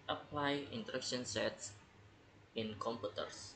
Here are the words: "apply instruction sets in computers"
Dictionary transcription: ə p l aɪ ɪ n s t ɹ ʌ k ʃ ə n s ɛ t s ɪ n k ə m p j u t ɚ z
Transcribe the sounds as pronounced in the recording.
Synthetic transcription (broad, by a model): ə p l aɪ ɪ n t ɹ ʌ k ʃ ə n s ɛ t s ɪ n k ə m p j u t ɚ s